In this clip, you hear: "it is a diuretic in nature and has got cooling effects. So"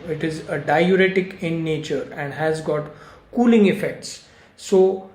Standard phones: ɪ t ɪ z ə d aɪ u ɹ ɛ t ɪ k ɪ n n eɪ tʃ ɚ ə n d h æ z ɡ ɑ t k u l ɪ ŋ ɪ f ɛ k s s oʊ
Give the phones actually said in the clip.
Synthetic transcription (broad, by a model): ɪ t ɪ z ə d aɪ u ɹ ɛ t ɪ k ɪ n n eɪ tʃ ɚ ə n d h æ z ɡ ɑ t k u l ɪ ŋ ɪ f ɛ k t s oʊ